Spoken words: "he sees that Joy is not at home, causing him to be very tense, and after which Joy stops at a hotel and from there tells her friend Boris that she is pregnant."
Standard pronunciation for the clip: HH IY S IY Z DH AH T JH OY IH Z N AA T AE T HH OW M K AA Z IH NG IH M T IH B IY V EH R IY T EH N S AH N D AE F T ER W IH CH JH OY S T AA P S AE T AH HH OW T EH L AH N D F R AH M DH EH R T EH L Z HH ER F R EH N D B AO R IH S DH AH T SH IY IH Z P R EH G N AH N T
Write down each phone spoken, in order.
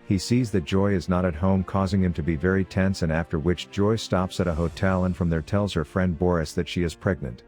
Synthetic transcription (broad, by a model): HH IY S IY Z DH AH T JH OY IH Z N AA T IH T HH OW M K AA Z IH NG IH M T IH B IY V EH R IY T EH N S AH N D AE F T ER W IH CH JH OY S T AA P S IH T AH HH OW T EH L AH N F R AH M DH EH R T EH L Z HH ER F R EH N D B AO R IH S DH AH T SH IY IH Z P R EH G N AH N T